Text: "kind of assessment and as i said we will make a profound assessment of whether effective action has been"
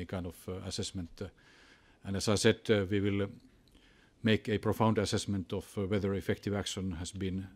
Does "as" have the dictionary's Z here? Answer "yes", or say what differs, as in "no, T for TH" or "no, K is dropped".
no, S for Z